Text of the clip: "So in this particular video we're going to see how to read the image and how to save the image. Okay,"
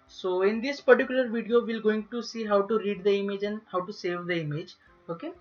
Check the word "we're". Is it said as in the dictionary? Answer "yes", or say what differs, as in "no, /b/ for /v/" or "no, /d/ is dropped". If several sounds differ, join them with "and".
no, /l/ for /ɹ/